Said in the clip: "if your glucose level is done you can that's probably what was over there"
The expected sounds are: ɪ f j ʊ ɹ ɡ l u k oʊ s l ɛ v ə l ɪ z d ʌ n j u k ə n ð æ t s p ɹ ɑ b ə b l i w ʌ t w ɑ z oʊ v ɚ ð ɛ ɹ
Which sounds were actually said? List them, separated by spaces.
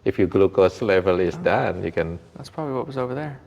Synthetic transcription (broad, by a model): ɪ f j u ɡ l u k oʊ s l ɛ v ə l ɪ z d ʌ n j u k ə n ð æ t s p ɹ ɑ b ə b l i w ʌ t w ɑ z oʊ v ɚ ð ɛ ɹ